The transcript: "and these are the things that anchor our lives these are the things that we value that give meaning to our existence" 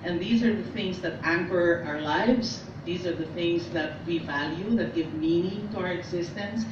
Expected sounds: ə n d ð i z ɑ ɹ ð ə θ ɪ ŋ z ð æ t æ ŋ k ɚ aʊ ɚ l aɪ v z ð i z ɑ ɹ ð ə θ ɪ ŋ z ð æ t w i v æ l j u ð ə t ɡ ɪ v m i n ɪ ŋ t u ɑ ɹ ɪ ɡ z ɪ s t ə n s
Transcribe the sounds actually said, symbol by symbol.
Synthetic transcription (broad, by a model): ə n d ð i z ɑ ɹ ð ə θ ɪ ŋ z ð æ t æ ŋ k ɚ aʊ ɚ l aɪ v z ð i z ɑ ɹ ð ə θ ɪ ŋ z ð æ t w i v æ l j u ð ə t ɡ ɪ v m i n ɪ ŋ t u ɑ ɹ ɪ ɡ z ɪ s t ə n s